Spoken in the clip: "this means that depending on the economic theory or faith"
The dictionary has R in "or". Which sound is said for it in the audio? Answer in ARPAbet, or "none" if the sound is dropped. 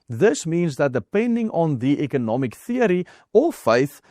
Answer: L